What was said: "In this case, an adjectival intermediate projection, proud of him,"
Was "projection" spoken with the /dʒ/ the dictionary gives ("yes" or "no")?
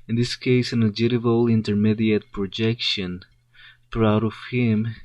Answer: yes